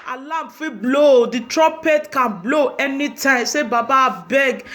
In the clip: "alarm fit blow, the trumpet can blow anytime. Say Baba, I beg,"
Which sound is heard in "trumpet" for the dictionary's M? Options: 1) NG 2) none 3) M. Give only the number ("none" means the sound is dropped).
2